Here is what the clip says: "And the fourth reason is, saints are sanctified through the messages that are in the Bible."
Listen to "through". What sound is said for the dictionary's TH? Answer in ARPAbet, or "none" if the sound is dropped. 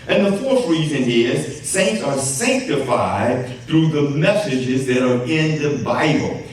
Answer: TH